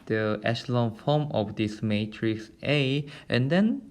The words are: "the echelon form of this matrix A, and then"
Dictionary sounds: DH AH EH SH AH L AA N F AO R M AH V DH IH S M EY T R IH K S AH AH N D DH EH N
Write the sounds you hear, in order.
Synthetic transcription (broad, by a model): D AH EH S L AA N F AO M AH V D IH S M EY T R IH K S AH AH N D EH N